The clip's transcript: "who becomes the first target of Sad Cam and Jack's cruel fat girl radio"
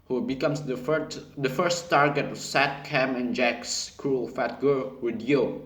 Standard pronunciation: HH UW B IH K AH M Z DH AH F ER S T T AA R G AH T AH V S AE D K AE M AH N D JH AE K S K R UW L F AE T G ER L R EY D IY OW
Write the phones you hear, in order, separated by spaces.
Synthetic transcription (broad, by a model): HH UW B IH K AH M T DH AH F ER S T T AA R G AH T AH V S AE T K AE M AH N JH AE K S K R UW L F AE T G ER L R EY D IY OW